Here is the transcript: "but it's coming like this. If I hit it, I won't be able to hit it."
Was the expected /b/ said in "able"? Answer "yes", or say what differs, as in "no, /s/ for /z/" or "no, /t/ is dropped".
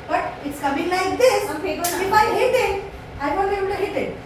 no, /b/ is dropped